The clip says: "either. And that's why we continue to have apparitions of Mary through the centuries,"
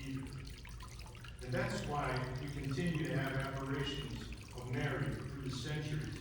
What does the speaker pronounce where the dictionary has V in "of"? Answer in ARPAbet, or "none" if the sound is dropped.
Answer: V